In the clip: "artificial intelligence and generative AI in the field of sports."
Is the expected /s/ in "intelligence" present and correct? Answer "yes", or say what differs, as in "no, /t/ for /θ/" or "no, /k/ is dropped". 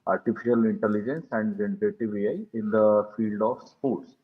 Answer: yes